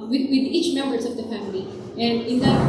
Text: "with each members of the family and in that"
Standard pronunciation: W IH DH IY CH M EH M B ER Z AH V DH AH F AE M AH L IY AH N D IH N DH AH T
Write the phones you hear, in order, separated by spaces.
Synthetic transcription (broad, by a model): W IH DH IY CH M EH M B ER S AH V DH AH F AE M AH L IY AH N D IH N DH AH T